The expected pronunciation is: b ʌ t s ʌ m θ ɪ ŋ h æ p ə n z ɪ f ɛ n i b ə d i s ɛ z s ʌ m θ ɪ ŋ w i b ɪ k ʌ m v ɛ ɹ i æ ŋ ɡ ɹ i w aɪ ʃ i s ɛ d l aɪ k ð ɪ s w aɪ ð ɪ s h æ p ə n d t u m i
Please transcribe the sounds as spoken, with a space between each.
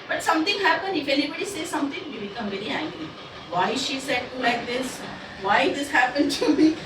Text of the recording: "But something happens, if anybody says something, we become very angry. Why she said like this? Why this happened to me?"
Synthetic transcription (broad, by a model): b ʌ t s ʌ m t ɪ ŋ h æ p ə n ɪ f ɛ n i b ə d i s ɛ s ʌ m t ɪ ŋ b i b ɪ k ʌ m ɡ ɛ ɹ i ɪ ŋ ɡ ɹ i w aɪ ʃ i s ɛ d l aɪ k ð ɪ s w aɪ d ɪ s h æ p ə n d t u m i